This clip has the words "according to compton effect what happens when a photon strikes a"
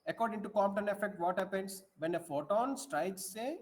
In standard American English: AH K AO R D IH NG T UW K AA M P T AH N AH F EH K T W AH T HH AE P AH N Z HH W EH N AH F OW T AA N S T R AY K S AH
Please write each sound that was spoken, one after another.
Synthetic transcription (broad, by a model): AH K AO R D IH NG T UW K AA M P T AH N AH F EH K T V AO T HH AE P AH N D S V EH N AH F OW T AA N S T R AY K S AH